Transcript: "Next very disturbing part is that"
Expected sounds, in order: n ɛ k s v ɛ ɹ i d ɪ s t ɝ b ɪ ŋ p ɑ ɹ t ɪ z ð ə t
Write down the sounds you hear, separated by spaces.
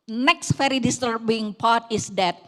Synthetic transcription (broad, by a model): n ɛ k s f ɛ ɹ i d ɪ s t ɝ b ɪ ŋ p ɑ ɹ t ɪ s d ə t